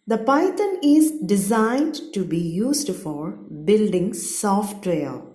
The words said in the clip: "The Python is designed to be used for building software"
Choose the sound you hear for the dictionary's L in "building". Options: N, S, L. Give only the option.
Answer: L